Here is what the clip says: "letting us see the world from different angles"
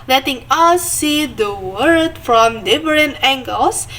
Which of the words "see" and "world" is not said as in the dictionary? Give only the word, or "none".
world